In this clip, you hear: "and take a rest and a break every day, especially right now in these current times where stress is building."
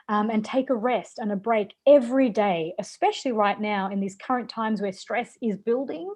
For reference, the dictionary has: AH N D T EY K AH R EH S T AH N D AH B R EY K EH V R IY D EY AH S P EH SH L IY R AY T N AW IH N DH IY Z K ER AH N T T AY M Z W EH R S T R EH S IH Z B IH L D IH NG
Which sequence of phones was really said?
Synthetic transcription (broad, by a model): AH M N T EY K AH R EH S T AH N AH B R EY K EH V R IY D EY AH S P EH SH L IY R AY T N AW IH N DH IY Z K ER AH N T T AY M Z W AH R S T R EH S IH Z B IH L D IH NG